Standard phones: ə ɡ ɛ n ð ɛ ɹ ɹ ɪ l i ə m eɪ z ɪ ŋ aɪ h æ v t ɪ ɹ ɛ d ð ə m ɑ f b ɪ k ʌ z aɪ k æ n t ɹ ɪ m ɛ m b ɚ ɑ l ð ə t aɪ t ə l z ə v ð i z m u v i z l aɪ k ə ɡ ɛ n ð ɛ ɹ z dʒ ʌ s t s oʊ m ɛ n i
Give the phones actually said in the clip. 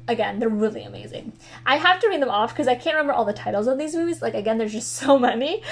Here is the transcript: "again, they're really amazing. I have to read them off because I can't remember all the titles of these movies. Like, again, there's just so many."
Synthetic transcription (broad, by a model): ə ɡ ɛ n ð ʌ ɹ ɹ ɪ l i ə m eɪ z ɪ ŋ aɪ h æ f t ɪ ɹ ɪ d ð ə m ɑ f k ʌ z aɪ k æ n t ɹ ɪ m ɛ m b ɚ ɑ l ð ə t aɪ t l z ə v ð i z m u v i z l aɪ k ə ɡ ɛ n ð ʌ ɹ z dʒ ʌ s t s oʊ m ɛ n i